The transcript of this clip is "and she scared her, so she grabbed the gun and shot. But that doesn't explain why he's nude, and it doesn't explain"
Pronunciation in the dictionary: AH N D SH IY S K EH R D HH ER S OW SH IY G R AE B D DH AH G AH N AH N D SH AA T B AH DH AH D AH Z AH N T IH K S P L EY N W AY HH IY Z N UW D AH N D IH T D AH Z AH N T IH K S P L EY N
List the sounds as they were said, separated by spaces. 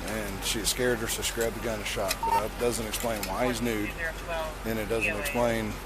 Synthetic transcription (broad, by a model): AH N SH IY S K EH R D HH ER S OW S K R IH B DH AH G AH N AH SH AA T B AH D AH D AH Z AH N T IH K S P L EY N W AY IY Z N UW D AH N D IH T D AH Z AH N T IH K S P L EY N